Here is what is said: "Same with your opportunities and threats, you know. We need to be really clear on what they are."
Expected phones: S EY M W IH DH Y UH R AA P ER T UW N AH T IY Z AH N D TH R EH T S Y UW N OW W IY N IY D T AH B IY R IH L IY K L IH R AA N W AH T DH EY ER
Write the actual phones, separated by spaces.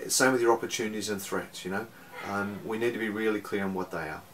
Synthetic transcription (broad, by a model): S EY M W IH DH Y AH R AA P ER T UW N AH T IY Z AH N TH R EH T S Y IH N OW W IY N IY D T AH B IY R IH L IY K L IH R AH N W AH T DH EY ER